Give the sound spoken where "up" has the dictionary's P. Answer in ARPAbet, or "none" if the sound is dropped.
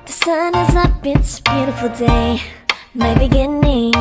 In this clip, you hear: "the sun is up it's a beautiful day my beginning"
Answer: B